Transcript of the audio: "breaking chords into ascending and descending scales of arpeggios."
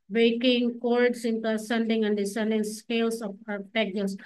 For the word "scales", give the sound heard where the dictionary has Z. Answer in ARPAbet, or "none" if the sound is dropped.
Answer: S